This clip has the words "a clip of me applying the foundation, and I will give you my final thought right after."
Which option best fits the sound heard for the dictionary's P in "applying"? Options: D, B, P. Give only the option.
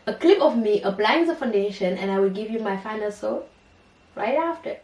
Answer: B